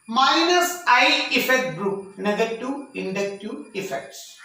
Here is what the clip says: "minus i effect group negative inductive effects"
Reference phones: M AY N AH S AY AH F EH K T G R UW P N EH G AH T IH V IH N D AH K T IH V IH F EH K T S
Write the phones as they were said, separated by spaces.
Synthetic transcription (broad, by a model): M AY N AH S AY AH F EH K T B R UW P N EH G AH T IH IH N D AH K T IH IH F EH K T S